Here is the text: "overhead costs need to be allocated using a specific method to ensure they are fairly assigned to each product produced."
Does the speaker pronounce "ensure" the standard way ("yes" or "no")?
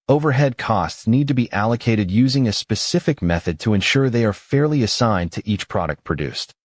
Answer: yes